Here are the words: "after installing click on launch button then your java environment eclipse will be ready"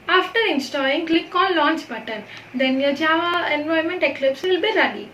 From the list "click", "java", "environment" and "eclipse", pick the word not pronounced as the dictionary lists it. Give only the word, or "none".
environment